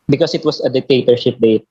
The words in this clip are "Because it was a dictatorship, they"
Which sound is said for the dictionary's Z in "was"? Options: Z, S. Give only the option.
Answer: S